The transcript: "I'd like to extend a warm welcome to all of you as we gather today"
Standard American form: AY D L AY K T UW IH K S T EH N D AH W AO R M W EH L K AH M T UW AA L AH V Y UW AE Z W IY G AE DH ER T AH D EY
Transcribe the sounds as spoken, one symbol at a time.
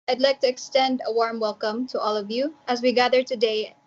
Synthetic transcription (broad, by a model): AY D L AY K T UW IH K S T EH N D AH W AO R M W EH L K AH M T UW AA L AH V Y UW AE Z W IY G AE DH ER T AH D EY